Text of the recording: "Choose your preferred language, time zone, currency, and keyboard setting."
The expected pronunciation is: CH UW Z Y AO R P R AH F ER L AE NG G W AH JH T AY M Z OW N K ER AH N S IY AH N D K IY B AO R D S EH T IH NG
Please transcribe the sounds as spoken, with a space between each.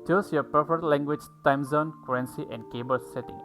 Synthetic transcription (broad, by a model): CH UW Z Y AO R P AH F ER L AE NG G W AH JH T AY M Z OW N K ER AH N S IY AH N D K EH B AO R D S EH T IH NG